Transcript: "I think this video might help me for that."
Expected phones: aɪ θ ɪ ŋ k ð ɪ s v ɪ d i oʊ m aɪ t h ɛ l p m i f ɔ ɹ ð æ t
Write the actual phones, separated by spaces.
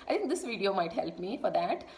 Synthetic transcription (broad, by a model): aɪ t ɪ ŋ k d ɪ s v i d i oʊ m aɪ t h ɛ l p m i f ɔ ɹ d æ t